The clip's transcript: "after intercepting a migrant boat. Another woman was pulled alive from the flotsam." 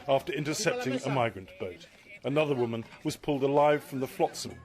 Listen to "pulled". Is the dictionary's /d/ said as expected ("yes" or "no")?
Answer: yes